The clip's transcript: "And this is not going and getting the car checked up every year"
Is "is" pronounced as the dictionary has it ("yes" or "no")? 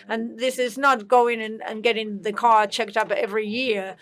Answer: yes